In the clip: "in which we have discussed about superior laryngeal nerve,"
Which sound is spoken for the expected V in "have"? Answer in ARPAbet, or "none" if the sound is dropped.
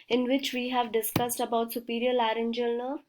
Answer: V